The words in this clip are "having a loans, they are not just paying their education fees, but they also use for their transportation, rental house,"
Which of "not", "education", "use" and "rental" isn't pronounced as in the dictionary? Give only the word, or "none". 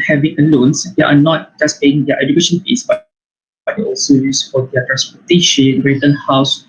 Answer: rental